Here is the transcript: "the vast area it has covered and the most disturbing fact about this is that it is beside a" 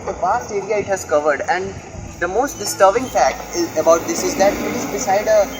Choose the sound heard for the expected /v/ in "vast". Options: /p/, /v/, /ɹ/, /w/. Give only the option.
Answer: /p/